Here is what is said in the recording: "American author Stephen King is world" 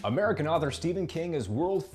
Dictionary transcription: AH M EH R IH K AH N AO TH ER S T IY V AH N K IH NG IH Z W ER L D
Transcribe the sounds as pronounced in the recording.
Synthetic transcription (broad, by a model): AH M EH R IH K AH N AO TH ER S T IY V AH N K IH NG IH Z W ER L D